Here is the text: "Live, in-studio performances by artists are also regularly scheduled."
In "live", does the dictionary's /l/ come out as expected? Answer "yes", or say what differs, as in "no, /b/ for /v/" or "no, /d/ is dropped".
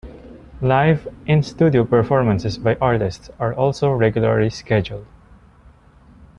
yes